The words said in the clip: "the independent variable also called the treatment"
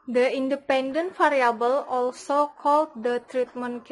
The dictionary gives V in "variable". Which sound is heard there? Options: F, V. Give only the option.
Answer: F